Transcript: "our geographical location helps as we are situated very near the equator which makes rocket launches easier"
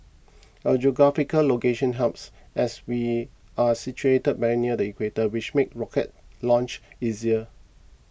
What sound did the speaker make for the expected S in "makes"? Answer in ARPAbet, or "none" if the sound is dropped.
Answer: none